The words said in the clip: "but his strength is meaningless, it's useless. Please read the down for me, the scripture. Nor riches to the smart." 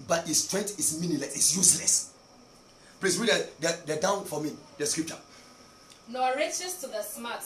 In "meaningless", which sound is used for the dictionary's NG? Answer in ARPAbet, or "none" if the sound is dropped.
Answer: none